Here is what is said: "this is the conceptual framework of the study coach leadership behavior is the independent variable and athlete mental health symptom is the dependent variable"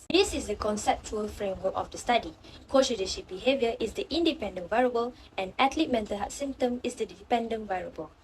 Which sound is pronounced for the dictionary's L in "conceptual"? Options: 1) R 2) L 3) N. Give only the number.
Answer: 2